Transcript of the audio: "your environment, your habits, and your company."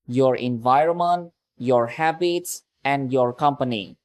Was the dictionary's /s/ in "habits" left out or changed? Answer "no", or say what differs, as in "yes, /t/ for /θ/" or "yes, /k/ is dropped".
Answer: no